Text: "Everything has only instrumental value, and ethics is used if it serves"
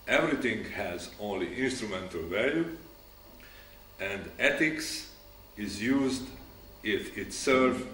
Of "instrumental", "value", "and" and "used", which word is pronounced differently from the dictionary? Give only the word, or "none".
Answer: none